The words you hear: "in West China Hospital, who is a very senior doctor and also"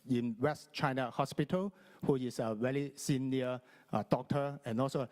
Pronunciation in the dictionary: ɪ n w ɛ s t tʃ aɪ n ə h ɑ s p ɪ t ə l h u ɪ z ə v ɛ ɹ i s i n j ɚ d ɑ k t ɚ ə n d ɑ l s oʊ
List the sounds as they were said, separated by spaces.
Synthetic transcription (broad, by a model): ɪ n w ɛ s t tʃ aɪ n ə h ɑ s p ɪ t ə l h u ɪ s ə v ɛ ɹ i s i n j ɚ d ɑ k t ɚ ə n ɑ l s oʊ